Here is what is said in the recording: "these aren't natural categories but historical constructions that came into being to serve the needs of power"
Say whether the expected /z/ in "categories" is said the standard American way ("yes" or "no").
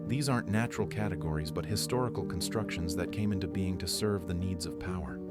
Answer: yes